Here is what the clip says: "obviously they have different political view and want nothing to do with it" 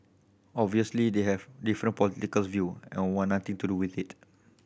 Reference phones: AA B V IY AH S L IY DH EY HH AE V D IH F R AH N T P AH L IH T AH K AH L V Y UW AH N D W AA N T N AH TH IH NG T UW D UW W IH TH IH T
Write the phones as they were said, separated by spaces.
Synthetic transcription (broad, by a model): AA B V IY AH S L IY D EY HH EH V D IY F R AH N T P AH L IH T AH K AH L V Y UW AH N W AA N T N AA T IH NG T UW D UW W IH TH IH T